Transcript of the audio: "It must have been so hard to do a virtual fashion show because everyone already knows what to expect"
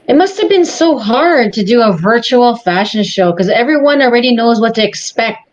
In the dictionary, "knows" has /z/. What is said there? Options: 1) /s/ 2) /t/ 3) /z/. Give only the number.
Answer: 3